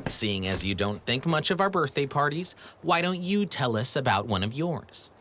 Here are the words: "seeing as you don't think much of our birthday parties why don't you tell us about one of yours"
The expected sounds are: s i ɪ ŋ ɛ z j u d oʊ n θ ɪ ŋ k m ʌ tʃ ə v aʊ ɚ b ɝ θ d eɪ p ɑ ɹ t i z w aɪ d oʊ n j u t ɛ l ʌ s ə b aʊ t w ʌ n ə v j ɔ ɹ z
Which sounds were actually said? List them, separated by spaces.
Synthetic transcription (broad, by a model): s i ɪ ŋ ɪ z j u d oʊ n θ ɪ ŋ k m ʌ tʃ ə v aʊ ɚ b ɝ θ d eɪ p ɑ ɹ t i z w aɪ d oʊ n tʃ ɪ t ɛ l ʌ s ə b aʊ t w ʌ n ə v j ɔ ɹ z